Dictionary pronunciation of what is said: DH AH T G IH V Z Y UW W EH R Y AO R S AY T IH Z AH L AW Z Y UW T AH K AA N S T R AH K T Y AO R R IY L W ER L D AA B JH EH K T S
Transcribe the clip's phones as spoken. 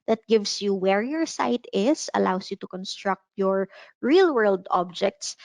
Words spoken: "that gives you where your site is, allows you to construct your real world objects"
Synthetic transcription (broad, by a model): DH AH T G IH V S Y UW W EH R Y AO R S AY T IH S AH L AW S Y UW T AH K AA N S T R AH K T Y AO R R IY L W ER L D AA B JH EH K T S